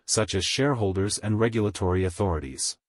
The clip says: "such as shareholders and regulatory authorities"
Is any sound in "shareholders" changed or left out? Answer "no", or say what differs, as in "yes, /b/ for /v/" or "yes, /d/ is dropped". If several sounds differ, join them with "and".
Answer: no